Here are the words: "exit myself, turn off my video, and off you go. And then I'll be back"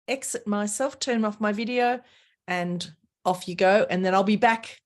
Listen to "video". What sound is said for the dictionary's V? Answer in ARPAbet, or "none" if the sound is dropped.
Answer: V